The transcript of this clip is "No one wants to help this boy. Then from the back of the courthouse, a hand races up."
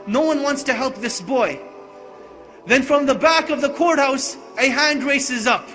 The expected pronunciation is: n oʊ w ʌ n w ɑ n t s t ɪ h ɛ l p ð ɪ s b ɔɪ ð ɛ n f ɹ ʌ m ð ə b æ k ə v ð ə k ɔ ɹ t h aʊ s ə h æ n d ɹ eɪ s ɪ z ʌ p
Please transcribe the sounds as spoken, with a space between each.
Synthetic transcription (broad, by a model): n oʊ w ʌ n w ɑ n t s t ɪ h ɛ l p ð ɪ s b ɔɪ ð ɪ n f ɹ ʌ m ð ə b æ k ə v ð ə k ɔ ɹ t h aʊ s ə h æ n d ɹ eɪ s ɪ z ʌ p